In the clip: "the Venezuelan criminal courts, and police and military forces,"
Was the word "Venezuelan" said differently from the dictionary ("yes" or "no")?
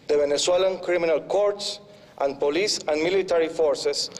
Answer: yes